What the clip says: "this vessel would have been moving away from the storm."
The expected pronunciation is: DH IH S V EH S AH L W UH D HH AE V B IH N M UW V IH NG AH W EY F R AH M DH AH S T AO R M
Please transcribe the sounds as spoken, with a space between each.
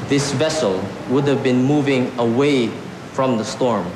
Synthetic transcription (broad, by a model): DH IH S V EH S AH L W UH D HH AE V B IH N M UW V IH NG AH W EY F R AH M DH AH S T AO R M